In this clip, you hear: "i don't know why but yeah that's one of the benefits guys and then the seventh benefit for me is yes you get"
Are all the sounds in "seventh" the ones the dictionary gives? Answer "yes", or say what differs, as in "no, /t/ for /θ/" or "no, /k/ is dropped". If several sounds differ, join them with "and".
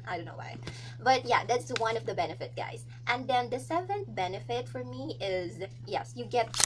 no, /t/ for /θ/